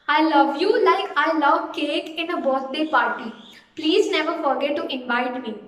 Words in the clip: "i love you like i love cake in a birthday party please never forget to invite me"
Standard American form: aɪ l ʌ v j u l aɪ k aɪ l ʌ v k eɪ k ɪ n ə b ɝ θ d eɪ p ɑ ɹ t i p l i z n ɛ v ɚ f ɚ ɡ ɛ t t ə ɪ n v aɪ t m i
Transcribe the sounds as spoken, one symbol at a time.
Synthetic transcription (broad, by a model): aɪ l ʌ v j u l aɪ k aɪ l ʌ v k eɪ k ɪ n ə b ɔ s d eɪ p ɑ ɹ t i p l i z n ɛ v ɚ f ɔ ɡ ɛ t t ɪ n v aɪ t m i